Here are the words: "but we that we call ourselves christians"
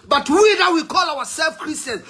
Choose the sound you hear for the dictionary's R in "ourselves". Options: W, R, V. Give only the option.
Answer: W